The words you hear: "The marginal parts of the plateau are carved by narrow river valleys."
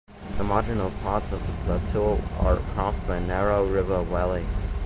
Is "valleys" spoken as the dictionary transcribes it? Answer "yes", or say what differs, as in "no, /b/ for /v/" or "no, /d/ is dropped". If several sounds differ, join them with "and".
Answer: no, /w/ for /v/